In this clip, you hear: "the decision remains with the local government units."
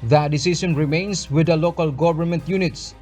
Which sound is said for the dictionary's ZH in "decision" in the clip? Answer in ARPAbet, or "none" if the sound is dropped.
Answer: S